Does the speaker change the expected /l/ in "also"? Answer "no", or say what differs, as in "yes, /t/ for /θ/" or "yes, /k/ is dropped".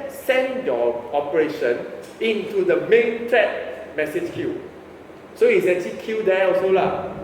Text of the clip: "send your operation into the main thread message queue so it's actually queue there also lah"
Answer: yes, /l/ is dropped